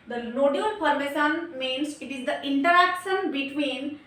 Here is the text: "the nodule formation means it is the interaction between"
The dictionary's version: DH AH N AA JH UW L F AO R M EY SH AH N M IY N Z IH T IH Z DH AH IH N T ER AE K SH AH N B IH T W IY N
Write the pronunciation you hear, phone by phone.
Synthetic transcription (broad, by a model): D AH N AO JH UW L P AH R M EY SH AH N M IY N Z IH T IH Z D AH IH N T ER AE K SH AH N B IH T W IY N